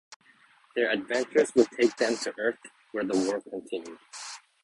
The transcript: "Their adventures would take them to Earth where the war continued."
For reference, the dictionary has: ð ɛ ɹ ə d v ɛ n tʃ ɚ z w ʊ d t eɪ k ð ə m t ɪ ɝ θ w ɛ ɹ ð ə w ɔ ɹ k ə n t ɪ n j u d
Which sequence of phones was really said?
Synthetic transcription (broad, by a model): ð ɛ ɹ ə d v ɛ n tʃ ɚ z w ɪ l t eɪ k ð ə m t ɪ ɝ θ w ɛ ɹ ð ə w ɔ ɹ k ə n t ɪ n j u d